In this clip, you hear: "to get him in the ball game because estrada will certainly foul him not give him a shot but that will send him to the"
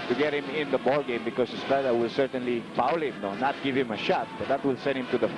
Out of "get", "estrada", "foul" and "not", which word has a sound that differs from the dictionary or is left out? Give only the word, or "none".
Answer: estrada